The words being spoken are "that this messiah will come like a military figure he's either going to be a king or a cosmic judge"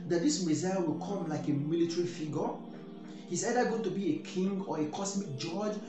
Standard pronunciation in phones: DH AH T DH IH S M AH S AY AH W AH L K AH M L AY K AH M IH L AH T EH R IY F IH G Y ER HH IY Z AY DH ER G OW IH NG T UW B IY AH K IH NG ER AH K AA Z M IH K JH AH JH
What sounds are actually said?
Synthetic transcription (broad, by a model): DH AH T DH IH S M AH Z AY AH W AH L K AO M L AY K AH M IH L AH T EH R IY F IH G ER HH IY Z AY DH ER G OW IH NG T UW B IY AH K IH NG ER AH K AA S M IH K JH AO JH